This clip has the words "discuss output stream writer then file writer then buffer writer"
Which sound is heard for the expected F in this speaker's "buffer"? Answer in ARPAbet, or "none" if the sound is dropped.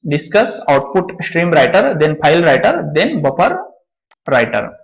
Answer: P